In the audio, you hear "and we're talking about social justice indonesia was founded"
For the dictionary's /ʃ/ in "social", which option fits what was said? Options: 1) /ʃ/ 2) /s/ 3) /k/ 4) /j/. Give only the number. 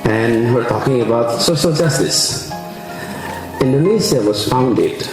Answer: 2